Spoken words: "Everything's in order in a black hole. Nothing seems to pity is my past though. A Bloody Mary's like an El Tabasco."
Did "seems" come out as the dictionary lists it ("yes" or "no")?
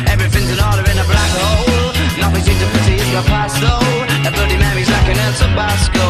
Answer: no